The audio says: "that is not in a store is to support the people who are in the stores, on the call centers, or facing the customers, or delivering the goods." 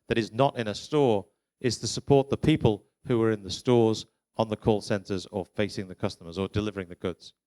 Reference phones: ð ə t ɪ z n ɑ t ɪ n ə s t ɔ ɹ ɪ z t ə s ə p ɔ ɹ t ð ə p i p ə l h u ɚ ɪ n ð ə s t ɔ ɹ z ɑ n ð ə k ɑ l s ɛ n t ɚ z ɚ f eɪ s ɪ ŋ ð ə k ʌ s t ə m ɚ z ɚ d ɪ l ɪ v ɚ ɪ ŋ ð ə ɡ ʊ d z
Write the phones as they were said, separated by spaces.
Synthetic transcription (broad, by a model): ð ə t ɪ z n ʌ t ɪ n ə s t ɔ ɹ ɪ z t ə s ə p ɔ ɹ t ð ə p i p ə l h u ɚ ɪ n ð ə s t ɔ ɹ z n ð ə k ɑ l s ɛ n t ɚ z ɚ f eɪ s ɪ ŋ ð ə k ʌ s t ə m ɚ z ɚ d ɪ l ɪ v ɚ ɪ ŋ ð ə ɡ ʊ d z